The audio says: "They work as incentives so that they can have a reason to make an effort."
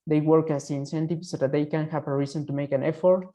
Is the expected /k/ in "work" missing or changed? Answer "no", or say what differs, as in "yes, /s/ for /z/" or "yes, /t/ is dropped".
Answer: no